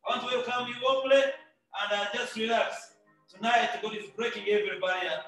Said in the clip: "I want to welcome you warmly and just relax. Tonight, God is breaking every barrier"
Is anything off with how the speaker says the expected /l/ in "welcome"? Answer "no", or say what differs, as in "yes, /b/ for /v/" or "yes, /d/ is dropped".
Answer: yes, /l/ is dropped